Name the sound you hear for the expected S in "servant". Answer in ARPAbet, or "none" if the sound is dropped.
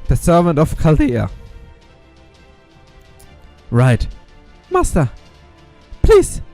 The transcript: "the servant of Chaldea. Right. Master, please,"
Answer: S